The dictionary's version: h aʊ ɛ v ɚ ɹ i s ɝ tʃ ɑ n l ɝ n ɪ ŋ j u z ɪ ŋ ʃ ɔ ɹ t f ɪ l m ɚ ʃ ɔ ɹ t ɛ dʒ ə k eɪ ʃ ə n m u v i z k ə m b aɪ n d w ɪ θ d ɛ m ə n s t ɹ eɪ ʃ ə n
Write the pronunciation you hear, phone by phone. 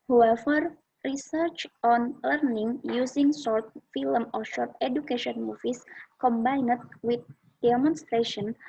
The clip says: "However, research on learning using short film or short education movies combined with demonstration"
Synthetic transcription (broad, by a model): h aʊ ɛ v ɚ ɹ i s ɝ tʃ ɑ n l ɝ n ɪ ŋ j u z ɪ ŋ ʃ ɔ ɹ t f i l m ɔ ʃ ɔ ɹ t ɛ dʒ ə k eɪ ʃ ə n m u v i s k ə m b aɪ n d w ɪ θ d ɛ m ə n s t ɹ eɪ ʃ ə n